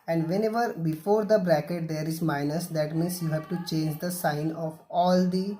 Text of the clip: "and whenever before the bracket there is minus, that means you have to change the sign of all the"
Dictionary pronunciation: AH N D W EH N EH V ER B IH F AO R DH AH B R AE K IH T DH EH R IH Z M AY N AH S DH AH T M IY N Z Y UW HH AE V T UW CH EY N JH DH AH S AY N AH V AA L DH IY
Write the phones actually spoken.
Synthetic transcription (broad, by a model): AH N D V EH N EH V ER B IH F AO R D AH B R AE K IH T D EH R IH Z M AY N AH S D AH T M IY N S Y UW HH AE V T UW CH EY N JH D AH S AY N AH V AA L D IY